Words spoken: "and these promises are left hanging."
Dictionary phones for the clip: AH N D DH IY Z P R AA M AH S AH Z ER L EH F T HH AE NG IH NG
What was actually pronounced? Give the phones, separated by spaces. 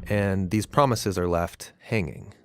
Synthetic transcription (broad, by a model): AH N DH IY Z P R AA M AH S AH Z ER L EH F T HH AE NG IH NG